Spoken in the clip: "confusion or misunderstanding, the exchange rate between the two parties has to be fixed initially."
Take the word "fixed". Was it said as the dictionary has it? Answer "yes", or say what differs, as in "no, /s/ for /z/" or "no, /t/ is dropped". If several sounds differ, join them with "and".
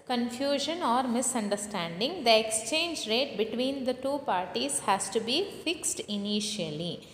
yes